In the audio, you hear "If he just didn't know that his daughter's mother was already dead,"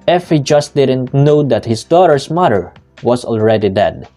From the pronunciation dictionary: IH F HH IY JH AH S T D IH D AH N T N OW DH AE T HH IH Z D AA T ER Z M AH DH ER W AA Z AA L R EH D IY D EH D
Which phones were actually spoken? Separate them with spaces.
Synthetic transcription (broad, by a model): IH F HH IY JH AH S T D IH D AH N T N OW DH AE T HH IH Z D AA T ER S M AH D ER W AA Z AA L R EH D IY D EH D